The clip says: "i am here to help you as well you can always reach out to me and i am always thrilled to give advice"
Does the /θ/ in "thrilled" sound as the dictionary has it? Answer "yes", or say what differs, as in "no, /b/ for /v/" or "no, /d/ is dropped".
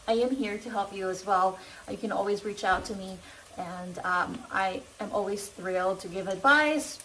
yes